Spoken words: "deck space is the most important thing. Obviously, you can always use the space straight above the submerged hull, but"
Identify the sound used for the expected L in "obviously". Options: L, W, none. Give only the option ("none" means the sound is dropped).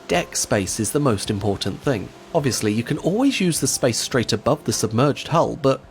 L